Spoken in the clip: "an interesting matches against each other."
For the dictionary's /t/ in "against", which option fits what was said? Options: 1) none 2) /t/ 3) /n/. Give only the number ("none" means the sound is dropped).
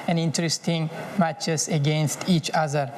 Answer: 2